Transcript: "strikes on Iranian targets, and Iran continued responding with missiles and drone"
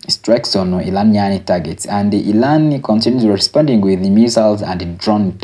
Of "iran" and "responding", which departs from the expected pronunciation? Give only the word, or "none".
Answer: iran